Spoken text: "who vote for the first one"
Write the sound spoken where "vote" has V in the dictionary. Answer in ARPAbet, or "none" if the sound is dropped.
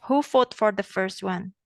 F